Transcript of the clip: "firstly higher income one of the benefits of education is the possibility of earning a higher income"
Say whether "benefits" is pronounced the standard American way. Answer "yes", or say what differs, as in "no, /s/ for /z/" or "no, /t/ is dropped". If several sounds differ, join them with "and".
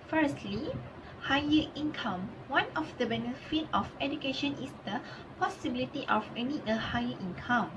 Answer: no, /s/ is dropped